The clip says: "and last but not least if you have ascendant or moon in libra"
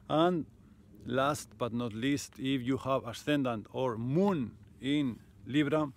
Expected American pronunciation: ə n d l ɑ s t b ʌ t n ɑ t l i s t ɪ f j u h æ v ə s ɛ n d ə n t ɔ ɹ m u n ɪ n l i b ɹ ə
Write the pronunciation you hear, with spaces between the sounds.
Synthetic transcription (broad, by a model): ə n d l ɑ s t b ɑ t n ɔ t l i s t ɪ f j u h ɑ b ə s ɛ n d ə n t ɔ ɹ m u n ɪ n l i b ɹ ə